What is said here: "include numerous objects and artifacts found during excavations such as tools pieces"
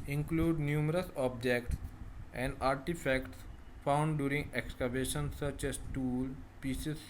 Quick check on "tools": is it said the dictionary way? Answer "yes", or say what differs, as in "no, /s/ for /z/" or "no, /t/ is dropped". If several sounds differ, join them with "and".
no, /z/ is dropped